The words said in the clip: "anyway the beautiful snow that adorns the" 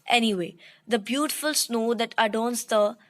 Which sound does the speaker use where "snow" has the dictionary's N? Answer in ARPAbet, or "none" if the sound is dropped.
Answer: N